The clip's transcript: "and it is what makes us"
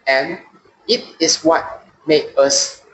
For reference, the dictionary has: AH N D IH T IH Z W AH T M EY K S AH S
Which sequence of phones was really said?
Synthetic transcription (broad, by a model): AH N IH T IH S W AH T M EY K AH S